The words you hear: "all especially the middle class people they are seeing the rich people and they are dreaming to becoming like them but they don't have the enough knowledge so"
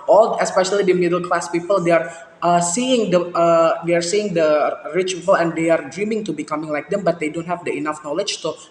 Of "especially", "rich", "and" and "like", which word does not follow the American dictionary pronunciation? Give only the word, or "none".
none